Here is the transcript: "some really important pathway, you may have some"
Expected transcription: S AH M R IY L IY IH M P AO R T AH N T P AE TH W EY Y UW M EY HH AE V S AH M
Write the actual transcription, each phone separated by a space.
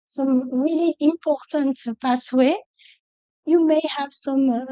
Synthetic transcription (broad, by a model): S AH M R IY L IY IH M P AO R T AH N T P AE S W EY Y UW M EY HH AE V S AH M